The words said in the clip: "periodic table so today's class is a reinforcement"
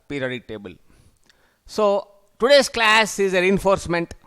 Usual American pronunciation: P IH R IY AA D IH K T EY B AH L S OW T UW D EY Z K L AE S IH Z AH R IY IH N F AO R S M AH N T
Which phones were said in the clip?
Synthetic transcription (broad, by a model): P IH R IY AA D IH T EY B AH L S OW T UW D EY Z K L AE S IH Z AH R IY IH N F AO R S M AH N T